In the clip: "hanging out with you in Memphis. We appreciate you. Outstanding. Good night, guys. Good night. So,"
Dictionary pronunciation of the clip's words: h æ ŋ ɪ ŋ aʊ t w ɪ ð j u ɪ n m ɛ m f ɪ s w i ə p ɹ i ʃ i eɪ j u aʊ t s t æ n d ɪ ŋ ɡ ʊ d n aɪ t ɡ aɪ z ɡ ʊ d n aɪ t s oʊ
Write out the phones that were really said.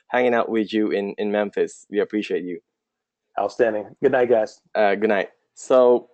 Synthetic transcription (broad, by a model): h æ ŋ ɪ ŋ aʊ t w ɪ ð j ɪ ɪ n m ɛ m f ɪ s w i ə p ɹ i ʃ i eɪ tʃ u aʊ s t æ n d ɪ ŋ ɡ ʊ d n aɪ t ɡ aɪ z ɡ ʊ d n aɪ t s oʊ